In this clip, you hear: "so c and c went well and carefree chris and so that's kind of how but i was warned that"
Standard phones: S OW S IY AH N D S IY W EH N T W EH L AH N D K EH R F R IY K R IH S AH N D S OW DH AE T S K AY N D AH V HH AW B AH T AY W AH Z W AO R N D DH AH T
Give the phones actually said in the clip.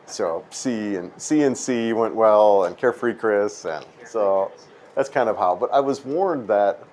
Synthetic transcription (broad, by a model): S OW S IY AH N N S IY W EH N T W EH L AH N K EH R F R IY K R IH S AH N S OW DH AE T S K AY N D AH V HH AW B AH T AY W AH Z W AO R N DH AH T